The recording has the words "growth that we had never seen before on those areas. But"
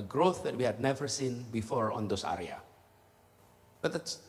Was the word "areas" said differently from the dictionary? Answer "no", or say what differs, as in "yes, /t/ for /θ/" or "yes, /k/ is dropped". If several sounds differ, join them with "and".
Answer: yes, /z/ is dropped